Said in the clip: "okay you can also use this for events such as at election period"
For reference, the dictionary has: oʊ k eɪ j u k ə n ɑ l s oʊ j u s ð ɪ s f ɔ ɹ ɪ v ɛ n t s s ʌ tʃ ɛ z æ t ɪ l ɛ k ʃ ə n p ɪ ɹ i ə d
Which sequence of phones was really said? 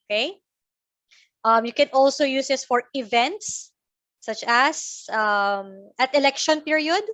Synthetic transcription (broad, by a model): k eɪ j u k ə n ɑ l s oʊ j u s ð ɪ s f ɔ ɹ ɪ v ɛ n t s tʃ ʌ s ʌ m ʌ t ɪ l ɛ k ʃ ə n p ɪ ɹ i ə d